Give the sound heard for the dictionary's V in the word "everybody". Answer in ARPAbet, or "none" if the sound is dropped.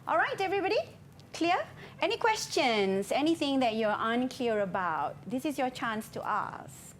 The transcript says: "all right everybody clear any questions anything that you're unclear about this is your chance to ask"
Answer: V